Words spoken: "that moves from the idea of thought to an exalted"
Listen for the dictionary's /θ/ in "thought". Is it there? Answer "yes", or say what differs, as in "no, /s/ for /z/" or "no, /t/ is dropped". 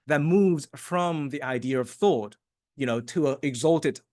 yes